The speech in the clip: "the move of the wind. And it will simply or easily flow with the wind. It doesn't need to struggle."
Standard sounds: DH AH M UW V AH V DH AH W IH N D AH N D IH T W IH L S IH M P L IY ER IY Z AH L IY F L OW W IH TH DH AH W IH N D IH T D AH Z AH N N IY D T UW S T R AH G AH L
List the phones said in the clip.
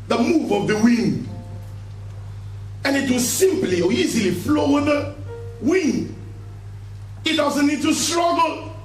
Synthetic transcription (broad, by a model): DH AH M UW V AH V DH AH W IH N D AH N IH T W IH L S IH M P L IY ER IY Z AH L IY F L OW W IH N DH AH W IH N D IH T D AH Z AH N N IY D T UW S T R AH G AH L